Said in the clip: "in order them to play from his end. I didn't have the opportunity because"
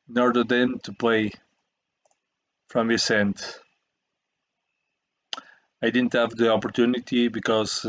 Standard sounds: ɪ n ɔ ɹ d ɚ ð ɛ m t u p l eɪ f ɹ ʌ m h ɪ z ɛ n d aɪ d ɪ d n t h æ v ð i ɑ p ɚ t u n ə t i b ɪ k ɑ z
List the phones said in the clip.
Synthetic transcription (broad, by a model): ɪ n ɔ ɹ d ɚ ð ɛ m t u p l eɪ f ɹ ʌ m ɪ s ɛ n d aɪ d ɪ d n t h æ v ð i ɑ p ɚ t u n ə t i b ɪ k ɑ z